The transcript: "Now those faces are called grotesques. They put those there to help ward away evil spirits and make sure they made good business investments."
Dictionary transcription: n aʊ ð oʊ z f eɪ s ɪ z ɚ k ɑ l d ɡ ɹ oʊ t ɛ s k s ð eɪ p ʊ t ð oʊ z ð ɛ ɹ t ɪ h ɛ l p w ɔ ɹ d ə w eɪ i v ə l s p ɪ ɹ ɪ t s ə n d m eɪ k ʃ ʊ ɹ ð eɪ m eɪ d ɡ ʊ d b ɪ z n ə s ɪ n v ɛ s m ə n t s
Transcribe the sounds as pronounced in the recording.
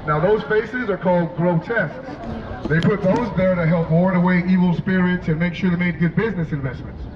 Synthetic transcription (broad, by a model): n aʊ ð oʊ z f eɪ s ɪ z ɚ k ɑ l d ɡ ɹ oʊ t ɛ s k s ð eɪ p ʊ t ð oʊ z ð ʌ ɹ t ɪ h ɛ l p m ɔ ɹ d ə w eɪ i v l s p ɪ ɹ ɪ t s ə n m eɪ k ʃ ʊ ɹ ð eɪ m eɪ d ɡ ʊ d b ɪ z n ə s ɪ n v ɛ s m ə n t s